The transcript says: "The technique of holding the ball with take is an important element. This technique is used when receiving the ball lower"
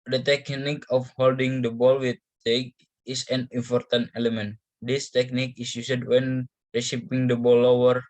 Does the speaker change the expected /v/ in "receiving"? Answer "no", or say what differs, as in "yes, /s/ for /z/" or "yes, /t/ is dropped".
yes, /p/ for /v/